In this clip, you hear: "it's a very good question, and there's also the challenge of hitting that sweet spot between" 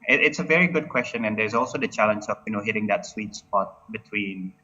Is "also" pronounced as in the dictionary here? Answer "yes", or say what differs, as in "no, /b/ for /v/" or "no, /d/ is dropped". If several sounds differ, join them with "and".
yes